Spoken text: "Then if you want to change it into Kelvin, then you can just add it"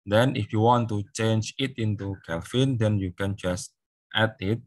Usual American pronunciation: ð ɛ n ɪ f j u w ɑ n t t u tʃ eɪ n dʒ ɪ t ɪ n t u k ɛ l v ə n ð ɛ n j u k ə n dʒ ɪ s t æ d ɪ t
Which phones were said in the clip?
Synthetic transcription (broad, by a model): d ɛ n ɪ f j u w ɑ n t t u tʃ eɪ n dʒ ɪ t ɪ n t u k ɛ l f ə n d ɛ n j u k ə n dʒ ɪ s t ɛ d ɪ t